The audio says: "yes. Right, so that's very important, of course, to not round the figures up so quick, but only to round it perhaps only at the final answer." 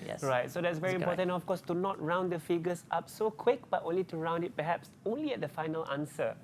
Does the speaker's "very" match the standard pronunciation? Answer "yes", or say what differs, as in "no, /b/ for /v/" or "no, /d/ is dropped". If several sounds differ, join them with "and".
yes